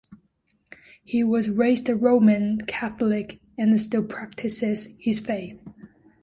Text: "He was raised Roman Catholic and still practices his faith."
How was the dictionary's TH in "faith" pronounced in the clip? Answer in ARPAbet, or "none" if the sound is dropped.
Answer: TH